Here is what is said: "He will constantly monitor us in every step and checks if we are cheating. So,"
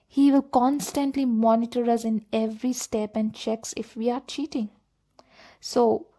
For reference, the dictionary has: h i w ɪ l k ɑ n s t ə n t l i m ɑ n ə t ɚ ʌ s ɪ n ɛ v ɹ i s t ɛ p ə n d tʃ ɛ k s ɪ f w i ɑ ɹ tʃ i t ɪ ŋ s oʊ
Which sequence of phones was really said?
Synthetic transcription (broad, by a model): h i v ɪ l k ɑ n s t ə n t l i m ɑ n ə t ɚ ʌ s ɪ n ɛ v ɹ i s t ɛ p ə n d tʃ ɛ k s ɪ f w i ɑ ɹ tʃ i t ɪ ŋ s oʊ